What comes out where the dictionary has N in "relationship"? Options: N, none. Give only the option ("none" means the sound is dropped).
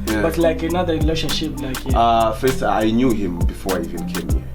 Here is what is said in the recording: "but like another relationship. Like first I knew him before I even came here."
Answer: none